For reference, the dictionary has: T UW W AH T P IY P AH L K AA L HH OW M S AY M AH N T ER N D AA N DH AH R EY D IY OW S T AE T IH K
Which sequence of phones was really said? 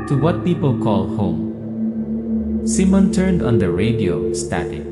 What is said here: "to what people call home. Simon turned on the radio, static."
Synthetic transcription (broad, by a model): T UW W AH T P IY P AH L K AA L HH OW M S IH M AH N T ER N D AA N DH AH R EY D IY OW S T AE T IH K